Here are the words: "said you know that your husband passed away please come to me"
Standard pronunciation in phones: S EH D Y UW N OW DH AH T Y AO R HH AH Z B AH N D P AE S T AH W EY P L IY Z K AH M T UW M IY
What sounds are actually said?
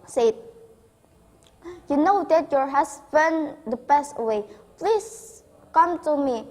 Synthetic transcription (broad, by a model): S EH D Y UW N OW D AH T Y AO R HH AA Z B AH N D B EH S T AH W EY P L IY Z K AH M T UW M IY